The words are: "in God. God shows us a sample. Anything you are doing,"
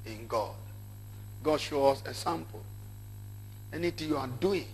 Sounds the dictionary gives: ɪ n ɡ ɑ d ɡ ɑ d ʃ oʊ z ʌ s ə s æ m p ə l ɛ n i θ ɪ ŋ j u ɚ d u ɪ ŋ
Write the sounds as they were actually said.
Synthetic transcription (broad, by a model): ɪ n ɡ ɑ d ɡ ɑ d ʃ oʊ ɔ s ə s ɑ m p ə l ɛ n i t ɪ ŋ j u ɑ d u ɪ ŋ